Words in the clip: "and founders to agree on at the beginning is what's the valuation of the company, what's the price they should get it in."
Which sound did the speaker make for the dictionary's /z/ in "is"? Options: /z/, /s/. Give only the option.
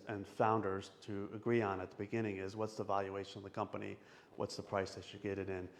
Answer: /z/